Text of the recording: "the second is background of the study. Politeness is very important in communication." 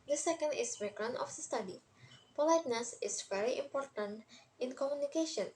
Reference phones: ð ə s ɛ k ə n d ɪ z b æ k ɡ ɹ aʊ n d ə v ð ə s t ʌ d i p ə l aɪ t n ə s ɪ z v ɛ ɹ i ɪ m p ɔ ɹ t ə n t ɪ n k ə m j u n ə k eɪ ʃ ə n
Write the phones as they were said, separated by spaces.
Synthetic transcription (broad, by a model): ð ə s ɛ k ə n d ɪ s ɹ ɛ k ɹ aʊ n ə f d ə s t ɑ d i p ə l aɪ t n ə s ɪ s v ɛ ɹ i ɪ m p ɔ ɹ t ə n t ɪ n k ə m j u n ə k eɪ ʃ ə n